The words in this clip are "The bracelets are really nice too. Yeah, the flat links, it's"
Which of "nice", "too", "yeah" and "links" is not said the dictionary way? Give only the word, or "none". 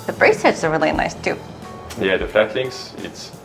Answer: links